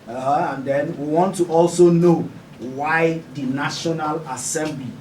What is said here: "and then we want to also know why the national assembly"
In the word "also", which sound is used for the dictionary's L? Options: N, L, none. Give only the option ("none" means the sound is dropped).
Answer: L